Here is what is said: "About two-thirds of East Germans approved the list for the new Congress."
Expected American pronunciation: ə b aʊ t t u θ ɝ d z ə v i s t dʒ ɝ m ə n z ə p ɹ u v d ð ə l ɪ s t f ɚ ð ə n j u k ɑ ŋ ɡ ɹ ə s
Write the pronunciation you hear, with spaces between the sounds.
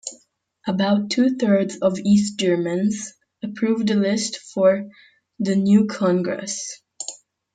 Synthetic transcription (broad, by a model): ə b aʊ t t u θ ɝ d z ə v i s t dʒ ɝ m ə n z ə p ɹ u v d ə l ɪ s t f ɚ ð ə n j u k ɑ ŋ ɡ ɹ ə s